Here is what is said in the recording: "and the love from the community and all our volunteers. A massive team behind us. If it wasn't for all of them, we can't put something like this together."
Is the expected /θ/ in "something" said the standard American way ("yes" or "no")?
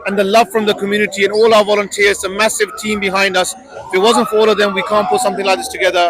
yes